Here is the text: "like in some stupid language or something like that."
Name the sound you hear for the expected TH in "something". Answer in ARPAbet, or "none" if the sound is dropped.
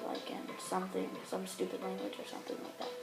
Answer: TH